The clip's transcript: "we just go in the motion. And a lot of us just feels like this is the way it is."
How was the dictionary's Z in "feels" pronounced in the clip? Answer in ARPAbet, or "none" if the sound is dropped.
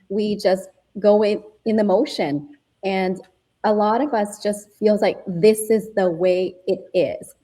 Z